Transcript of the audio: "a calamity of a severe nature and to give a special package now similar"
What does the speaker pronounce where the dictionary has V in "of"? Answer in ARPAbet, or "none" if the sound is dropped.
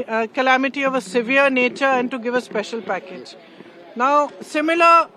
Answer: V